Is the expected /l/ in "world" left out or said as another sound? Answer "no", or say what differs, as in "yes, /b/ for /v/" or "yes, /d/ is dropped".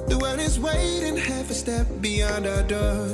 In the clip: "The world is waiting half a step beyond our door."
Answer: yes, /l/ is dropped